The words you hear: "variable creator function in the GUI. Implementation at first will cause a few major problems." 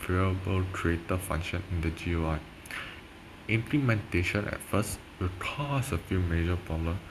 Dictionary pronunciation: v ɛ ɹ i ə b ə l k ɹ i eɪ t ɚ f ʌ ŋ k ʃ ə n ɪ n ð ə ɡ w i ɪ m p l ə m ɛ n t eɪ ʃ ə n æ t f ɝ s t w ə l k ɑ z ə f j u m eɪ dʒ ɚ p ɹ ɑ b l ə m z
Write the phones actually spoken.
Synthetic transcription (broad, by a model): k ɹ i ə b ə l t ɹ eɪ t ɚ f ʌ ŋ k ʃ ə n ɪ n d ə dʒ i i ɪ m p l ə m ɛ n t eɪ ʃ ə n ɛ t f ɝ s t w ə l k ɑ s ə f j u m eɪ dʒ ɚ p ɹ ɑ b l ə m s